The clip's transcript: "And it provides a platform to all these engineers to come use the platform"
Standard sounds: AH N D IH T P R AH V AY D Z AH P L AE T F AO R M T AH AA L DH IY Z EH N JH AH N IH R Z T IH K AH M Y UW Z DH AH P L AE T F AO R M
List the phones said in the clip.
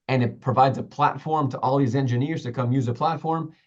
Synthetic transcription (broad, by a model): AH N IH T P R AH V AY D Z AH P L AE T F AO R M T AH AA L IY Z EH N JH AH N IH R Z T IH K AH M Y UW Z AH P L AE T F AO R M